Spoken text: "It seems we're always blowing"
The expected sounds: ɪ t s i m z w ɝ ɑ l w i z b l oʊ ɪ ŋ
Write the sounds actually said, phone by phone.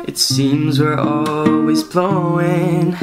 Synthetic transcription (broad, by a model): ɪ t s i m z w ɝ ɑ l w i z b l oʊ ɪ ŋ